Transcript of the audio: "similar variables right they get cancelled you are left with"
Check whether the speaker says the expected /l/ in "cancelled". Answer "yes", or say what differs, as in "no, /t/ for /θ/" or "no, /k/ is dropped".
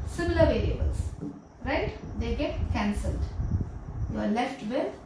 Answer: yes